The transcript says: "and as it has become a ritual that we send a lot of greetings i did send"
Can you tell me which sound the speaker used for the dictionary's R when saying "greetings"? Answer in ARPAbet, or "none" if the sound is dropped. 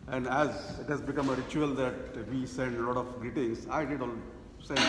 none